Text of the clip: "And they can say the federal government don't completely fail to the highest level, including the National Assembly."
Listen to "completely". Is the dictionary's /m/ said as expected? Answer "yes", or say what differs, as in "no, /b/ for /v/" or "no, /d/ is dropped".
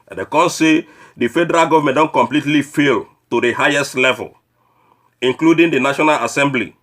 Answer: yes